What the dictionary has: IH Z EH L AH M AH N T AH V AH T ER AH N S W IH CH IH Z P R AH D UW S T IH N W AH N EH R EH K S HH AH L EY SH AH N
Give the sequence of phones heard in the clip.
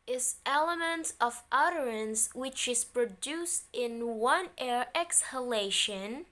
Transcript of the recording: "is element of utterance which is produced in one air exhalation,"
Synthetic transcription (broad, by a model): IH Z EH L AH M AH N T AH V AH T ER AH N S W IH CH IH Z P R AH D UW S T IH N W AH N EH R EH K S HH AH L EY SH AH N